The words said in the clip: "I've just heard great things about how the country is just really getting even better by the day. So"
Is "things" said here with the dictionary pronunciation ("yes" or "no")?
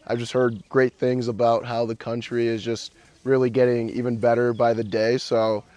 yes